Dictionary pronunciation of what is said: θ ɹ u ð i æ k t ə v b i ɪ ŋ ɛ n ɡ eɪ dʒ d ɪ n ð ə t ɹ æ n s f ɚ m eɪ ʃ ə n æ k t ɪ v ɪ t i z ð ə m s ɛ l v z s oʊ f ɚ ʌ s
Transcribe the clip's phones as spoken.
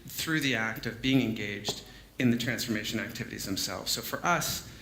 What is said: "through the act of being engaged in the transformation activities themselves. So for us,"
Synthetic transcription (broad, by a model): θ ɹ u ð i æ k t ə v b i ɪ ŋ ɛ n ɡ eɪ dʒ d ɪ n ð ə t ɹ æ n s f ɚ m eɪ ʃ ə n æ k t ɪ v ɪ t i z ð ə m s ɛ l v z s oʊ f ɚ ʌ s